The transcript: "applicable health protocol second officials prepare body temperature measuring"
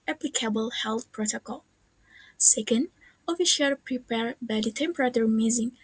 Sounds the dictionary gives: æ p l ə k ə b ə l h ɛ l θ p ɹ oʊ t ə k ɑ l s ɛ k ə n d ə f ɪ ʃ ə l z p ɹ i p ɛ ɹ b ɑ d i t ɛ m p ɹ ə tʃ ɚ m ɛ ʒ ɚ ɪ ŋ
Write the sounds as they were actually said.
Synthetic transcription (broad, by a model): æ p l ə k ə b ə l h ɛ l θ p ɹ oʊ t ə k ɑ l s ɛ k ə n d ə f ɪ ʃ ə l p ɹ i p ɛ ɹ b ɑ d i t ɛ m p ɹ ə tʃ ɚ m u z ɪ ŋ